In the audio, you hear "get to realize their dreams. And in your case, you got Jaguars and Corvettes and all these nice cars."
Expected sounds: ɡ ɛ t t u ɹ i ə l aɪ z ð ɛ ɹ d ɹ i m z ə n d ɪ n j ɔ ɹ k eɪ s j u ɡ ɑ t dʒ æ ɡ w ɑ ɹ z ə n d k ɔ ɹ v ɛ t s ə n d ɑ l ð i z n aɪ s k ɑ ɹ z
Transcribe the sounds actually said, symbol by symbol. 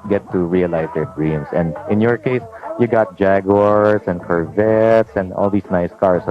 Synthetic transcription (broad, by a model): ɡ ɛ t t u ɹ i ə l aɪ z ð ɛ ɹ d ɹ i m s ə n d ɪ n j ɔ ɹ k eɪ s j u ɡ ɑ t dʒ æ ɡ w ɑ ɹ s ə n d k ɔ ɹ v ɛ t s ə n d ɑ l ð i s n aɪ s k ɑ ɹ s